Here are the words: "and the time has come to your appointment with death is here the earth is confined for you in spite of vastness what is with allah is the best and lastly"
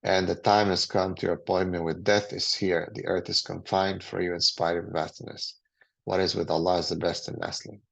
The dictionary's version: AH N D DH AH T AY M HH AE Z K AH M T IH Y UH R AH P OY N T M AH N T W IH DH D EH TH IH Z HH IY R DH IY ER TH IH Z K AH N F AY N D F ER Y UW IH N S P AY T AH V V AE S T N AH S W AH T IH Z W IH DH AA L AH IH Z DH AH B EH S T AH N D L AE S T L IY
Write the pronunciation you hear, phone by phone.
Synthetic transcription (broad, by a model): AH N DH AH T AY M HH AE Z K AH M T IH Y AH R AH P OY N M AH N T W IH DH D EH TH IH Z HH IY R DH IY ER TH IH Z K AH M F AY N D F ER Y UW IH N S P AY AH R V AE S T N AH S W AH T IH Z W IH DH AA L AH IH Z DH AH B EH S T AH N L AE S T L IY